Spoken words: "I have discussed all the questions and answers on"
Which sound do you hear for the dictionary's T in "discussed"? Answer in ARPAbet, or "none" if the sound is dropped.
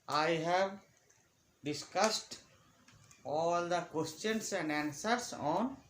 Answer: T